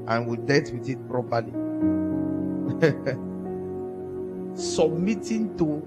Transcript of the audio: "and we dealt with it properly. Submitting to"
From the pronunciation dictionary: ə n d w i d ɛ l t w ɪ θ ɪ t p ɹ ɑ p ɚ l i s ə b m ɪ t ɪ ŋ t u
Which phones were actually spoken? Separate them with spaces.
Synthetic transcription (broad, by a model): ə n w i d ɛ t w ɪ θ ɪ t p ɹ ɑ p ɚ l i s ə b m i t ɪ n t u